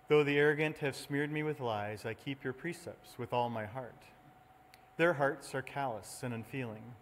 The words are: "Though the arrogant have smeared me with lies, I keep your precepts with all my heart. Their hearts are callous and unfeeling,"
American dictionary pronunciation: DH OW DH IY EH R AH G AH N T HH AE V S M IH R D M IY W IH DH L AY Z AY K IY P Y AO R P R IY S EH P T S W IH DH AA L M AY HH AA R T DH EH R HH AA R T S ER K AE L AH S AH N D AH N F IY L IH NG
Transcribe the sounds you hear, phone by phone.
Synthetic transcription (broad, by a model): DH OW DH IY EH R AH G AH N T HH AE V S M IH R D M IY W IH DH L AY Z AY K IY P Y AO R P R IY S EH P T S W IH DH AA L M AY HH AA R T DH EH R HH AA R T S ER K AE L AH S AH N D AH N F IY L IH NG